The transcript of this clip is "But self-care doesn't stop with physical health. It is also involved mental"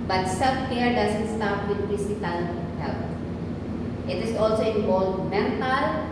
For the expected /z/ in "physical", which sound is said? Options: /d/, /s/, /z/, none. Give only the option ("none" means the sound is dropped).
/s/